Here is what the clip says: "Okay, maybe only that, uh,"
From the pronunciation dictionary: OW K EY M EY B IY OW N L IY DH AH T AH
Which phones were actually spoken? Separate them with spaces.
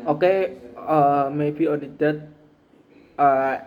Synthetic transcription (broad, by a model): OW K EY M EY B IY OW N IY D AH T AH